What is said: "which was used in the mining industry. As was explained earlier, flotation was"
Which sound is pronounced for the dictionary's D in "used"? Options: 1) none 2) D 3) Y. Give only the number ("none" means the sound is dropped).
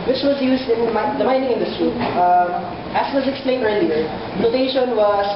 2